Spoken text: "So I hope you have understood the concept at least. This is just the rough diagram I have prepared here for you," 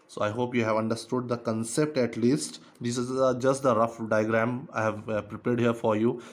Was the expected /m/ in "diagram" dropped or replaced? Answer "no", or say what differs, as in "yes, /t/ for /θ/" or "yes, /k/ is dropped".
no